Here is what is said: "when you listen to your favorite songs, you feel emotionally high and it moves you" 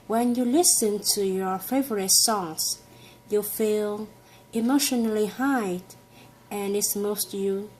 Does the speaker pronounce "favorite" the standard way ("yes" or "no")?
yes